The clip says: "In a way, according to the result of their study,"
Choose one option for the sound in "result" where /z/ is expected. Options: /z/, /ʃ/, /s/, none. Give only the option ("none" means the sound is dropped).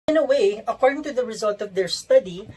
/z/